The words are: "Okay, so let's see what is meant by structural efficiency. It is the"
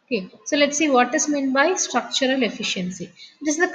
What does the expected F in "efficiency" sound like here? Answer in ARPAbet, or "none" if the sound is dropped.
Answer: F